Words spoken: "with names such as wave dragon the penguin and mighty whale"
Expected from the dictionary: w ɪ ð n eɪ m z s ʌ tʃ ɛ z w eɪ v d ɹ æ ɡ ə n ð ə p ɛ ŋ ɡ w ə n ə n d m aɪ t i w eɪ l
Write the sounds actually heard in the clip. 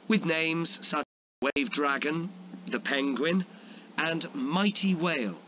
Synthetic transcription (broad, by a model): w ɪ ð n eɪ m z s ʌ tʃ w eɪ v d ɹ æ ɡ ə n ð ə p ɛ ŋ ɡ w ə n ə n m aɪ t i w eɪ l